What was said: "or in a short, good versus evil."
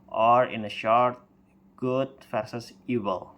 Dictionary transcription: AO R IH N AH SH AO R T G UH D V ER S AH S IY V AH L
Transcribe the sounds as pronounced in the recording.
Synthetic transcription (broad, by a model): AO R IH N AH SH AO R T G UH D F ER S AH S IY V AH L